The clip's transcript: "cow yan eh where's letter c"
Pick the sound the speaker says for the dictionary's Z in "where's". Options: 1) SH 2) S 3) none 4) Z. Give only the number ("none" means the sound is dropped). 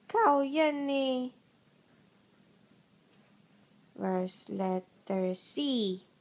2